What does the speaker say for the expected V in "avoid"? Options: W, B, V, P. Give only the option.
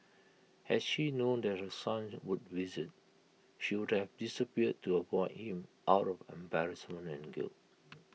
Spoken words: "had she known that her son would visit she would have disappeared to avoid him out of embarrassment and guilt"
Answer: P